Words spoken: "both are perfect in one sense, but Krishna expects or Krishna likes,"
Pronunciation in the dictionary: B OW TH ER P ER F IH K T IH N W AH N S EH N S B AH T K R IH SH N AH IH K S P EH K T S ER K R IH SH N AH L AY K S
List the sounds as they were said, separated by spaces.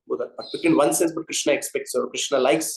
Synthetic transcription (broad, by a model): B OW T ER B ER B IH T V IH N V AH N S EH S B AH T K R IH SH N AH IH K S P EH K T S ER K R IH SH N AH L AY K S